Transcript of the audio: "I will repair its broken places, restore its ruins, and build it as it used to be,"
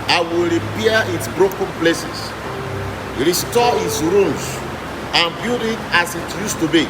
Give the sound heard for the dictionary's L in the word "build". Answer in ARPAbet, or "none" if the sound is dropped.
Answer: none